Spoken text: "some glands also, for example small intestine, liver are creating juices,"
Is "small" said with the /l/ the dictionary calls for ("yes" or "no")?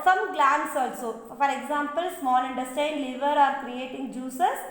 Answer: no